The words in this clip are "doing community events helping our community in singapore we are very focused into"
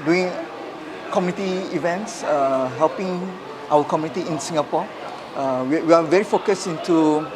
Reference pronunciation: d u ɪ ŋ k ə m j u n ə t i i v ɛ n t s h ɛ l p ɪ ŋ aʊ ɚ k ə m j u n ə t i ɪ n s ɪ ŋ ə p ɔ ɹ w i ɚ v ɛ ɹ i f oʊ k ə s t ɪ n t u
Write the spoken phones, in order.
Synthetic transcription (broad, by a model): d u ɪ ŋ k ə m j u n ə t i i v ɛ n t s h ɛ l p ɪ ŋ aʊ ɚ k ə m j u n ə t i ɪ n s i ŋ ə p ɔ w w i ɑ v ɛ ɹ i f oʊ k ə s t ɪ n t u